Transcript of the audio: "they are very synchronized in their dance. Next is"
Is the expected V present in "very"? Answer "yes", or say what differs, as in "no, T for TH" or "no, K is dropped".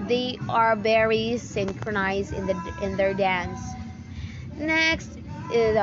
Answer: no, B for V